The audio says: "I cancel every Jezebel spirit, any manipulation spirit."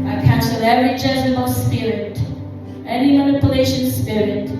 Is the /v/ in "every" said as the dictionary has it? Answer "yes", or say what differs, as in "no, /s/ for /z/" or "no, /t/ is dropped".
no, /v/ is dropped